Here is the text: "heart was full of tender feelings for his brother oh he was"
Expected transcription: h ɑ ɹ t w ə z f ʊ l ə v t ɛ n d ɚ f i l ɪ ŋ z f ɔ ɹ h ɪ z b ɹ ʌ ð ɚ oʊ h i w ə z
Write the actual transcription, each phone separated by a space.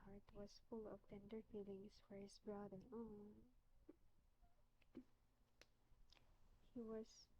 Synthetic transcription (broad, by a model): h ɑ ɹ t w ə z f ʊ l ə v t ɛ n d ɚ f i l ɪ ŋ s f ɔ ɹ h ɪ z b ɹ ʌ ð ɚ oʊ h i w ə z